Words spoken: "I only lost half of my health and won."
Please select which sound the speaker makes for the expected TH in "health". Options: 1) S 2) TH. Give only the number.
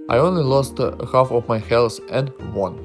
1